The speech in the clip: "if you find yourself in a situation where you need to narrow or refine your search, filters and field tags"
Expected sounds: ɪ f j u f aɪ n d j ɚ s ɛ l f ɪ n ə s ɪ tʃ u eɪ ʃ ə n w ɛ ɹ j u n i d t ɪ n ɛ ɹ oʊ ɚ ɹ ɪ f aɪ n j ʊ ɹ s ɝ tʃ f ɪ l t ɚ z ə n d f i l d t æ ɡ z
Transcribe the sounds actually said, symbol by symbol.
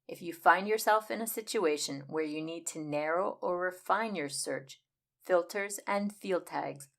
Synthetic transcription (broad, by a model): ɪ f j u f aɪ n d j ɚ s ɛ l f ɪ n ə s ɪ tʃ u eɪ ʃ ə n w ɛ ɹ j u n i d t ɪ n ɛ ɹ oʊ ɚ ɹ ɪ f aɪ n j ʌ ɹ s ɝ tʃ f ɪ l t ɚ z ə n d f i l d t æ ɡ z